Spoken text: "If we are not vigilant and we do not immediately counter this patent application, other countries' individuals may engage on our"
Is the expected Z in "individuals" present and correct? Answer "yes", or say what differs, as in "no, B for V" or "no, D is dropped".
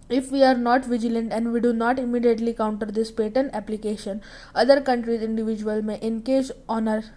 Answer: no, Z is dropped